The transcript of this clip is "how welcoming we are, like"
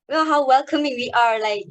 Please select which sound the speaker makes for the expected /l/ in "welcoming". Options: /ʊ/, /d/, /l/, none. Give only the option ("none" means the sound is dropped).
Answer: /l/